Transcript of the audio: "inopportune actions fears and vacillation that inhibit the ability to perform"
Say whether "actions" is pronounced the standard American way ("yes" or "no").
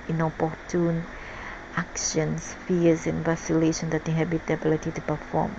no